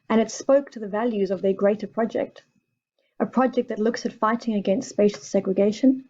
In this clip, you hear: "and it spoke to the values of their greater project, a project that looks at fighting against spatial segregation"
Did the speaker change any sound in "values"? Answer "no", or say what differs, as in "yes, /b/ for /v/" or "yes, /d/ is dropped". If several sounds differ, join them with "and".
no